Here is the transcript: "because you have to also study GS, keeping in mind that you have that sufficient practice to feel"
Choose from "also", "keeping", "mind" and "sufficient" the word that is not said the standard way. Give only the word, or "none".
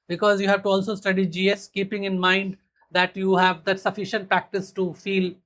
none